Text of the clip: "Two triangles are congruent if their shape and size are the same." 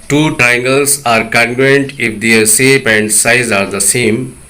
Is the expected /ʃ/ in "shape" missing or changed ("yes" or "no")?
yes